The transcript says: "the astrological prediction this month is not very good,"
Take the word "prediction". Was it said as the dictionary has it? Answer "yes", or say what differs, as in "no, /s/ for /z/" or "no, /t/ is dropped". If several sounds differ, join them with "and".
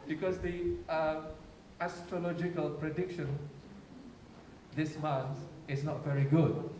yes